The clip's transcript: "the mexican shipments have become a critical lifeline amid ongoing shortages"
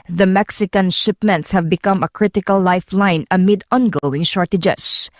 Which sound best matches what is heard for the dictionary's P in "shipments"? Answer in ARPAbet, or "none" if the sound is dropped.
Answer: P